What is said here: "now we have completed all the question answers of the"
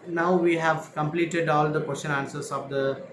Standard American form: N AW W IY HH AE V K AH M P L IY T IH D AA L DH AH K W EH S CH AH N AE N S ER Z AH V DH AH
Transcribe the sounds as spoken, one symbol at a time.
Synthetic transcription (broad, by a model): N AW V IY HH AE V K AH M P L IY T IH D AA L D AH K W EH S CH AH N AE N S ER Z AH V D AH